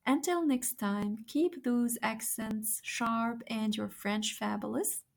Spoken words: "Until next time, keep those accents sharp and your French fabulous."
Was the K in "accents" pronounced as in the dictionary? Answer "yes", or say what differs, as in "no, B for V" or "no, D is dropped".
yes